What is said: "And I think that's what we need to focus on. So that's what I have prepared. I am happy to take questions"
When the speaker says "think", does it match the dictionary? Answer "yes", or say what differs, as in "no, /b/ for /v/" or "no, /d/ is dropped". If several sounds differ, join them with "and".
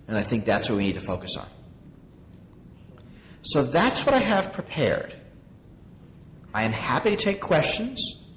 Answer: yes